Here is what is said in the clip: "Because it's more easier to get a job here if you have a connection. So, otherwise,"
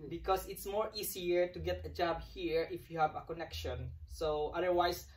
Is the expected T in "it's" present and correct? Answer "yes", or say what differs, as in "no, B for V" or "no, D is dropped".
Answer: yes